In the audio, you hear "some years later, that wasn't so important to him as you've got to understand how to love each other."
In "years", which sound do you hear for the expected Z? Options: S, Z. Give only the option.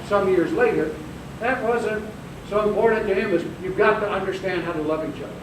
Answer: Z